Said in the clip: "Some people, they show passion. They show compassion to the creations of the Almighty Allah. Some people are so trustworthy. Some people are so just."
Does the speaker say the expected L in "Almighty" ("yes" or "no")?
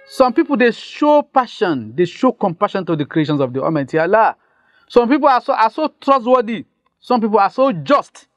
no